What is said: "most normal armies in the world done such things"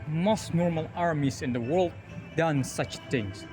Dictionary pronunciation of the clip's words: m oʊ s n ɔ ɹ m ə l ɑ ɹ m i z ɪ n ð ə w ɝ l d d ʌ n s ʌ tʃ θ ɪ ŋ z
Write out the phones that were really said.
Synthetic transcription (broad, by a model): m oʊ s n ɔ ɹ m ə l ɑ ɹ m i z ɪ n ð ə w ɝ l d d ʌ n s ʌ tʃ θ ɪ ŋ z